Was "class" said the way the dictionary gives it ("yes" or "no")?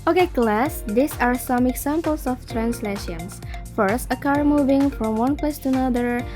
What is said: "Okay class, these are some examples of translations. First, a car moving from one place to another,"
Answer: yes